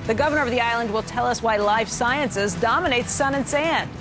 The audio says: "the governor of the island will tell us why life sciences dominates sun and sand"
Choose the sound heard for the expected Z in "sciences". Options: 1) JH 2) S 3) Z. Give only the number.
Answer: 3